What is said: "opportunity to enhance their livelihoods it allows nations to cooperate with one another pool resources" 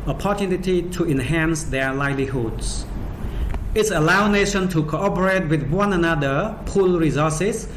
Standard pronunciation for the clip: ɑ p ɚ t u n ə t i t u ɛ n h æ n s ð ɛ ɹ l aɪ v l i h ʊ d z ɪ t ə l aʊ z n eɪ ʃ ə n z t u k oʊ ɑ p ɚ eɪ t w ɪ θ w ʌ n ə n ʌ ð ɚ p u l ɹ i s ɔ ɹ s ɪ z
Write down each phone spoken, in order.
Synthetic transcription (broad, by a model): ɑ p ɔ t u n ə t i t u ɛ n h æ n s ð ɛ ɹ l aɪ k l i h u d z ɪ t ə l aʊ n eɪ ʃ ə n t u k oʊ ɑ p ɚ eɪ t w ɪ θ w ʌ n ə n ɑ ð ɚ p u l ɹ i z ɔ s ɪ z